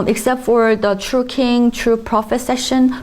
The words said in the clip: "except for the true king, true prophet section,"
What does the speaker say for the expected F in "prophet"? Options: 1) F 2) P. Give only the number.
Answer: 1